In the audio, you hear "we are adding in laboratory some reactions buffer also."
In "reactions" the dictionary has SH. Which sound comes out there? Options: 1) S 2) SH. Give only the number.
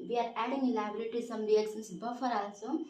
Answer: 1